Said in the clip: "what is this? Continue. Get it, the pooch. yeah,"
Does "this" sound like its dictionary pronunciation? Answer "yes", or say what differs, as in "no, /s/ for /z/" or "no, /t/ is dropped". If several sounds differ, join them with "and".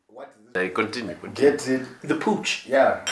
no, /s/ is dropped